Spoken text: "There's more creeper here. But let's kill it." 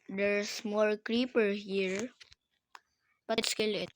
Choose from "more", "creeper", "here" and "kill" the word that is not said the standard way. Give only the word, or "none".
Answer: none